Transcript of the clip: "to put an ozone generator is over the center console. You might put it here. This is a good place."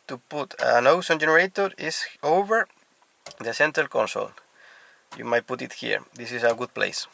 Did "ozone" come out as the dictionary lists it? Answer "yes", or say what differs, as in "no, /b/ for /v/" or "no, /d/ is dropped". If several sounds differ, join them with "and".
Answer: no, /s/ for /z/